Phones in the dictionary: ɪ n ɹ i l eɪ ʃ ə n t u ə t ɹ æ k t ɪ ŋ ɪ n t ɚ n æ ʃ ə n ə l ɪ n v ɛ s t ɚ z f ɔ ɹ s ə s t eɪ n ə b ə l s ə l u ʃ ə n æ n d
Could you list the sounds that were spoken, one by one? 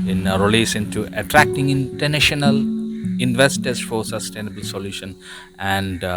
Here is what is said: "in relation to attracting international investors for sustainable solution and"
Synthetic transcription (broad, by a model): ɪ n ɹ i l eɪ s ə n t u ə t ɹ æ k t ɪ ŋ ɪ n t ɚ n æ ʃ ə n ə l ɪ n v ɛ s t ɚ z f ɔ ɹ s ə s t eɪ n ə b ə l s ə l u ʃ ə n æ n d